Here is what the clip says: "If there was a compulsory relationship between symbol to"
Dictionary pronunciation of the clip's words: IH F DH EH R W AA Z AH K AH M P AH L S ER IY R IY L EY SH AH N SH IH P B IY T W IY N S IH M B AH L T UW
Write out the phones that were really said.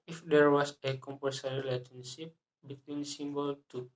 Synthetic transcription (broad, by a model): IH F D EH R W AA S AH K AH M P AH S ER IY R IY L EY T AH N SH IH P B IY T W IY N S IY M B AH L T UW